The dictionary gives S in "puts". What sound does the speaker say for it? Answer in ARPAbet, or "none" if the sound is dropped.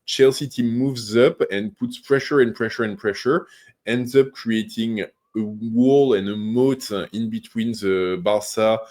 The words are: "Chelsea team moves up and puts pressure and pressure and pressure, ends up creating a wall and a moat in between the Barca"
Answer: S